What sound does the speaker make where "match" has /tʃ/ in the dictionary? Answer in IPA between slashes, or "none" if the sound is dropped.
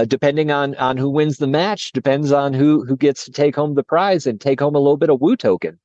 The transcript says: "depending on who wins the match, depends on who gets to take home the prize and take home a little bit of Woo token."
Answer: /tʃ/